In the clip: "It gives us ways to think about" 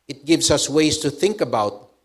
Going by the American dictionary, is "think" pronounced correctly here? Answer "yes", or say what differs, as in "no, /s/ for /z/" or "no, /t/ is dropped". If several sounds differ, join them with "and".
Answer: yes